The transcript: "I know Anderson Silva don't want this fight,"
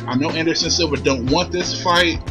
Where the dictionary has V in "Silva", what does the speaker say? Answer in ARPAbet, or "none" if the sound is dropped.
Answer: B